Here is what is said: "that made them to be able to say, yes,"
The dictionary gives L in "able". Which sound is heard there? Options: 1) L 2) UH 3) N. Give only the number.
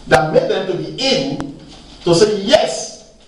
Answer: 3